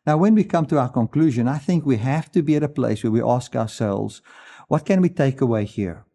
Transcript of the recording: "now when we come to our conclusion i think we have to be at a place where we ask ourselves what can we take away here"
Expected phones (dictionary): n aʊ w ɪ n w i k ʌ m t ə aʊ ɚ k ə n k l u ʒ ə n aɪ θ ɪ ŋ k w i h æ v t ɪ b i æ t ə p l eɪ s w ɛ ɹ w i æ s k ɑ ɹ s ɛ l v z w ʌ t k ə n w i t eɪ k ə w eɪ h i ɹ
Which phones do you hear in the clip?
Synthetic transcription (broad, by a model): n aʊ w ɪ n w i k ʌ m t ə aʊ ɚ k ə n k l u ʒ ə n aɪ θ ɪ ŋ k w i h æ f t ɪ b i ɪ t ə p l eɪ s w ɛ ɹ w i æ s k ɑ ɹ s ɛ l v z w ʌ t k ə n w i t eɪ k ə w eɪ h i ɹ